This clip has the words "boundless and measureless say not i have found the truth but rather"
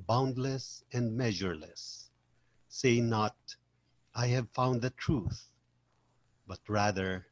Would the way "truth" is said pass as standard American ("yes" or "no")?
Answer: yes